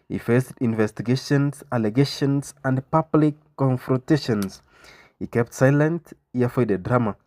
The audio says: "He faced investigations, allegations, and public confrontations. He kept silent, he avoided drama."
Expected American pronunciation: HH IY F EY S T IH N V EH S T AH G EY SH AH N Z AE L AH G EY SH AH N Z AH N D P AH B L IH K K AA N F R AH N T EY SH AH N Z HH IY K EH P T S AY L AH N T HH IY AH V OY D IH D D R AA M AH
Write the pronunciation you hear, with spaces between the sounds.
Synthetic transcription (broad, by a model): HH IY F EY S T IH N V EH S T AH G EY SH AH N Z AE L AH G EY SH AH N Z AH N D P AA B L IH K K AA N F R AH N T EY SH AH N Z HH IY K EH P T S AY L AH N T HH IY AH F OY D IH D D R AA M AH